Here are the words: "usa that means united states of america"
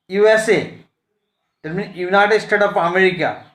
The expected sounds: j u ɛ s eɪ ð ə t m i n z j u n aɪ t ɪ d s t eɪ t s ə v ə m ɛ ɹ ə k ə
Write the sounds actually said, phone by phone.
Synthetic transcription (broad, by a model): j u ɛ s eɪ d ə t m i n j u n aɪ t ɪ d s t eɪ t ə p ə m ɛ ɹ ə k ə